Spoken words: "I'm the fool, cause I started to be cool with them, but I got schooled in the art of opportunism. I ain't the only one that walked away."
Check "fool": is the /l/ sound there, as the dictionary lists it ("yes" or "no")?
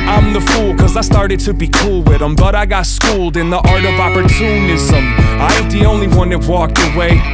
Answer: yes